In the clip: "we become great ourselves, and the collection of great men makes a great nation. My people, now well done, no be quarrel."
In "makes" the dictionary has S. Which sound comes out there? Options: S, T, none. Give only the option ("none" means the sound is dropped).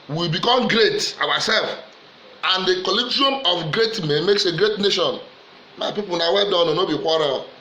S